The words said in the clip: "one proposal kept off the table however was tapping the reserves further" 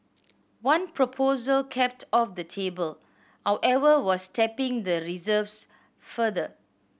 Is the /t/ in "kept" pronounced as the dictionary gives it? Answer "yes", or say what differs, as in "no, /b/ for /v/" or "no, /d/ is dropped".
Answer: yes